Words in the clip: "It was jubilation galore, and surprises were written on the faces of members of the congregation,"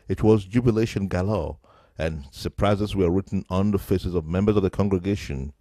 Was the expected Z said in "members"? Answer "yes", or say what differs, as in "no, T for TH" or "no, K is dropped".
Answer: yes